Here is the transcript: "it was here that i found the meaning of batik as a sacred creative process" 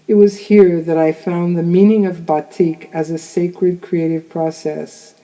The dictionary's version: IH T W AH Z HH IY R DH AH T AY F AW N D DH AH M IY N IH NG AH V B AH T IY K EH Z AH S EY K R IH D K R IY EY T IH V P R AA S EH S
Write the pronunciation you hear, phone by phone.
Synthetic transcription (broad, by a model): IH T W AH Z HH IY R DH AH T AY F AW N DH AH M IY N IH NG AH V B AH T IY K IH Z AH S EY K R IH D K R IY EY T IH V P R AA S EH S